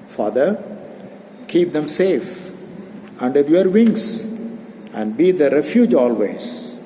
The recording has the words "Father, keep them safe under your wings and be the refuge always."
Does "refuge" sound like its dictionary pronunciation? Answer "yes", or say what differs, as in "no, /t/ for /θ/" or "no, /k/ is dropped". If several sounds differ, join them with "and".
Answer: yes